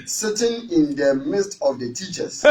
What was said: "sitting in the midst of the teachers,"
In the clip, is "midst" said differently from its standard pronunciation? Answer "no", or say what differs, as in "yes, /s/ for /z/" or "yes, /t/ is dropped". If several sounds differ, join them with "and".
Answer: no